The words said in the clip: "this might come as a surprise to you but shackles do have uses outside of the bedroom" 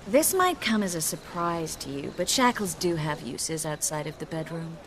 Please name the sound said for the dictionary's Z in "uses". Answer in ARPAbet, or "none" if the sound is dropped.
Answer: Z